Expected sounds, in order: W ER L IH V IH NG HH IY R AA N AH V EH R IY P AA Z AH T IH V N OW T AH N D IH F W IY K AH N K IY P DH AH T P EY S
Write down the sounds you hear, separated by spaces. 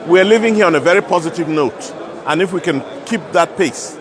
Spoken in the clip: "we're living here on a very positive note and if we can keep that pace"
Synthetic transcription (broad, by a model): W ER L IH V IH NG HH IY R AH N AH V EH R IY P AA Z AH T IH V N OW T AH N IH F W IY K AH N K IY P DH AH T P EY S